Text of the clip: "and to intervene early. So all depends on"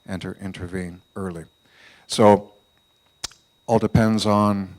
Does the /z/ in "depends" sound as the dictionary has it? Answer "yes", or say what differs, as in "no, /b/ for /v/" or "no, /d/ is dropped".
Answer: yes